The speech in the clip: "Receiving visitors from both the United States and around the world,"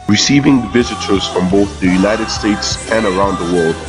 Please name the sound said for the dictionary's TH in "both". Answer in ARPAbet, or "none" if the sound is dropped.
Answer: TH